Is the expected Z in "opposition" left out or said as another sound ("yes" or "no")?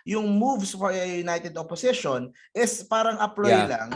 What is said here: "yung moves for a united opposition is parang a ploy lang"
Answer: yes